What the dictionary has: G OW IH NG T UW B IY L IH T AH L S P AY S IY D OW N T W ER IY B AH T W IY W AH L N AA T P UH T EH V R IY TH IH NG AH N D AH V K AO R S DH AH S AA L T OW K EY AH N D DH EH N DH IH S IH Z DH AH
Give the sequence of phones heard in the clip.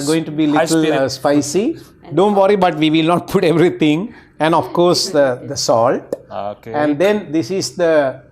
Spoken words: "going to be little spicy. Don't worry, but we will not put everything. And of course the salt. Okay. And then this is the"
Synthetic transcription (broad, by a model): G OW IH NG T UW B IY L IH T AH L S P AY S IY D OW N T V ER IY B AH T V IY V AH L N AA T P UH T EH V R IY T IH NG AH N D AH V K AO R S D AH S AA L T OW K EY AH N D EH N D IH S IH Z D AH